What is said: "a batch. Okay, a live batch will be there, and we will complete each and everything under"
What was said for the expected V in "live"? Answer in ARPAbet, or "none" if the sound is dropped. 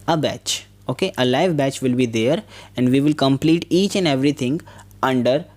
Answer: V